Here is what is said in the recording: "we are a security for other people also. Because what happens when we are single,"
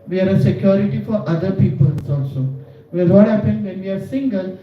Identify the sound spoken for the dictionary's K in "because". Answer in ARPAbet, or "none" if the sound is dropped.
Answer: none